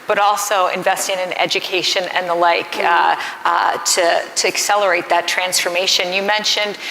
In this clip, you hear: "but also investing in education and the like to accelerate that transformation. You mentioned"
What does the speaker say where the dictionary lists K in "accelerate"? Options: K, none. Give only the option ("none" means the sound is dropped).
K